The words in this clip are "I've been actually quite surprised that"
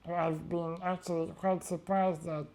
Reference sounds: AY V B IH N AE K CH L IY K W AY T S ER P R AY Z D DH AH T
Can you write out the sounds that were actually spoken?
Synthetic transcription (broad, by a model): AY V B IH N AE K CH L IY K W AY T S ER P R AY Z D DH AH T